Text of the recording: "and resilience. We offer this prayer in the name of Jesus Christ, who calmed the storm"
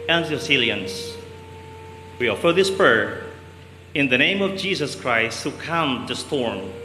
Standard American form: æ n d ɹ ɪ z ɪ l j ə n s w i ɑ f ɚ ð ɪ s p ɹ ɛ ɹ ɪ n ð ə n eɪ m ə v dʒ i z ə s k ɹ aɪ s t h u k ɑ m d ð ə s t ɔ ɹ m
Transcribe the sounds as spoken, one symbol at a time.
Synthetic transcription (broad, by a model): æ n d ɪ s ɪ l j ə n s w i ɑ f ɚ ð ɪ s p ɹ ɛ ɹ ɪ n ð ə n eɪ m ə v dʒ i s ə s k ɹ aɪ s t h u k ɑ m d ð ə s t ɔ ɹ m